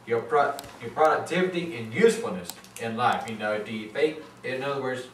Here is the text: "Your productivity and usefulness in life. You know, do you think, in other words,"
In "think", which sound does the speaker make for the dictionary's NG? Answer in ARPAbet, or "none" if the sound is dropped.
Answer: none